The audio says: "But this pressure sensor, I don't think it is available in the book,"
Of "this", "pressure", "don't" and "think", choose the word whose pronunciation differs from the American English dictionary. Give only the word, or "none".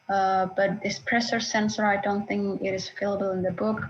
pressure